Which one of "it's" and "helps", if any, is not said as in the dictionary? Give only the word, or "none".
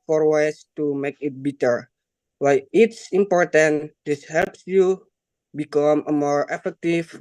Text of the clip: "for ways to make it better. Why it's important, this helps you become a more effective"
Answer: none